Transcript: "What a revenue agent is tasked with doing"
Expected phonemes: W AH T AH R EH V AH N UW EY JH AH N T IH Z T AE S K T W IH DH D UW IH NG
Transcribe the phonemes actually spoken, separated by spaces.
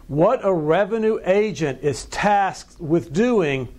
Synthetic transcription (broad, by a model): W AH T AH R EH V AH N UW EY JH AH N T IH Z T AE S K T W IH DH D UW IH NG